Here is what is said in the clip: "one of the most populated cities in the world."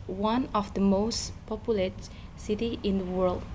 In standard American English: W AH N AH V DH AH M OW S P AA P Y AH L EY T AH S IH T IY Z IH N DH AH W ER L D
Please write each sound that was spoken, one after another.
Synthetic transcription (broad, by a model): W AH N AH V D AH M OW S P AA P Y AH L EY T S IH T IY IH N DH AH W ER L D